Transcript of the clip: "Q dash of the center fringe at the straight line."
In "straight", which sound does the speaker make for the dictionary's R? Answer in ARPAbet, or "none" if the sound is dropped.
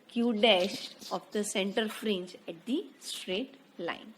R